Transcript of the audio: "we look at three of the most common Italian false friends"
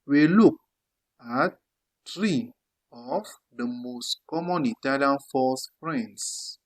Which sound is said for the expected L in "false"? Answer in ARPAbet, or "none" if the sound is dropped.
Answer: none